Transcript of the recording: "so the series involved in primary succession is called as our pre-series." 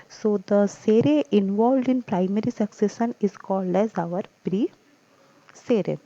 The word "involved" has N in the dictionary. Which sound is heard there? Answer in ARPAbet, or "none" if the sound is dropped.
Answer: N